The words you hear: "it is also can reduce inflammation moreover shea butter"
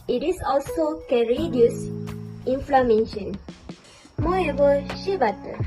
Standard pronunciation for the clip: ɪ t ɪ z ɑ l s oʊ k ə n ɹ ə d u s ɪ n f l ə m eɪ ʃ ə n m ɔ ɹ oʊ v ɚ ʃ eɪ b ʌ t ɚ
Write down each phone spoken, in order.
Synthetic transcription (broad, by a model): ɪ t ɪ s ɑ l s oʊ k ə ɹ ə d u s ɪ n f l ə m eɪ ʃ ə n m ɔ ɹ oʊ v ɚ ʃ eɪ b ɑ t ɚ